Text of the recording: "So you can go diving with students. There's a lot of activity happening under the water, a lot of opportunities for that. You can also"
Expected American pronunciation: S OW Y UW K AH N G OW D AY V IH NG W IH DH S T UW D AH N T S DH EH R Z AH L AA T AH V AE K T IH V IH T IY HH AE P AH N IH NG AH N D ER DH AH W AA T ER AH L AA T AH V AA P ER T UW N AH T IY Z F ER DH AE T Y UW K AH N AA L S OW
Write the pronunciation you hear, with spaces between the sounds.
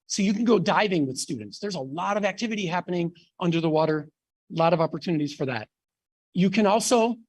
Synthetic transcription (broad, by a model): S OW Y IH K N G OW D AY V IH NG W IH DH S T UW D N T S DH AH R Z AH L AA T AH V AE K T IH V IH T IY HH AE P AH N IH NG AH N D ER DH AH W AA T ER L AA T AH V AA P ER T UW N AH T IY Z F ER DH AE T Y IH K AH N AA L S OW